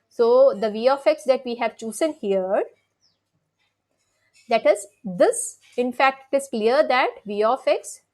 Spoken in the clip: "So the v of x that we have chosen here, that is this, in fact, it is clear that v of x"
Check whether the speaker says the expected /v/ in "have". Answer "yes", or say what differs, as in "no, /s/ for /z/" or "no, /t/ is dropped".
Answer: yes